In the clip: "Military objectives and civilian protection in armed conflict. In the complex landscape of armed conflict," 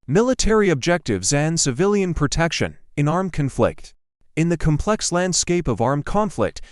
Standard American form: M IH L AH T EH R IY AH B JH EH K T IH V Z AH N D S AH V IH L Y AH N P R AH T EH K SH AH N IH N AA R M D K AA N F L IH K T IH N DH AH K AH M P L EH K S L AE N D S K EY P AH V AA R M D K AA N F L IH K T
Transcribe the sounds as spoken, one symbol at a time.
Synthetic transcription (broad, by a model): M IH L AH T EH R IY AH B JH EH K T IH V Z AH N S AH V IH L Y AH N P R AH T EH K SH AH N IH N AA R M K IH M F L IH K T IH N DH AH K AH M P L EH K S L AE N D S K EY P AH V AA R M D K AA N F L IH K T